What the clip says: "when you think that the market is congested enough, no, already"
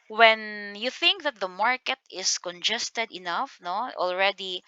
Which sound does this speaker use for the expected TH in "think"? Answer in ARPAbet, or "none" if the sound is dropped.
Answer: TH